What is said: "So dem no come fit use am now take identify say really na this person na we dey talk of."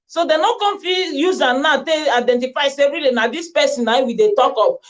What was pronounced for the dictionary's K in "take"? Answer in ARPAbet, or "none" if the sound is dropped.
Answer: none